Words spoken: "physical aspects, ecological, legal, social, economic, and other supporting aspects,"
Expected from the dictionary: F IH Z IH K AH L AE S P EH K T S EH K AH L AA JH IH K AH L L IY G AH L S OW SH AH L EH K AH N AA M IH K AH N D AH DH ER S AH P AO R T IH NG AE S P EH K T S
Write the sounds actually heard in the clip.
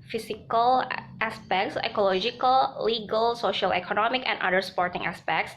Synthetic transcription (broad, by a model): F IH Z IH K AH L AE S P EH K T S EH K AH L AA JH IH K AH L L IY G AH L S OW SH AH L EH K AH N AA M IH K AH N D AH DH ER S P AO R T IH NG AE S P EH K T S